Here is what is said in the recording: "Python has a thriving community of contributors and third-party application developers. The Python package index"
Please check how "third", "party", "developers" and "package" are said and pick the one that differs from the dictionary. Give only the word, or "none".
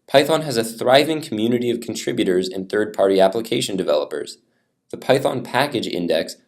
none